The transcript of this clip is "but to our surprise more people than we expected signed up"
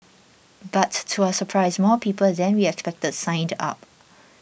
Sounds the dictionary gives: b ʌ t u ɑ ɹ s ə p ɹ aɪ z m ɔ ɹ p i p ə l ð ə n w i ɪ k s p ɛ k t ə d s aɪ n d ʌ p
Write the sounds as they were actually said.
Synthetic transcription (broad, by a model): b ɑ t u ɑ s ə p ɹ aɪ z m ɔ p i p ə l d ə n w i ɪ k s p ɛ k t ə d s aɪ n d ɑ p